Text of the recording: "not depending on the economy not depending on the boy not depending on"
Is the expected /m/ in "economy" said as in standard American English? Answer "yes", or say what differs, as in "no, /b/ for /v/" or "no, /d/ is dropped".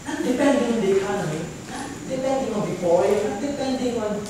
no, /m/ is dropped